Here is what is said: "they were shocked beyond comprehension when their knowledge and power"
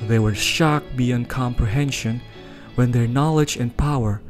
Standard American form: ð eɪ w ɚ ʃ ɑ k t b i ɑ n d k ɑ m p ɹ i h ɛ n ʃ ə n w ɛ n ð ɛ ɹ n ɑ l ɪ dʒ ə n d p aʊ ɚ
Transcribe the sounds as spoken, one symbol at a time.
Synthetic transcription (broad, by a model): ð eɪ w ɚ ʃ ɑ k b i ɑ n k ɑ m p ɹ i h ɛ n ʃ ə n w ɛ n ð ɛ ɹ n ɑ l ɪ dʒ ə n p aʊ ɚ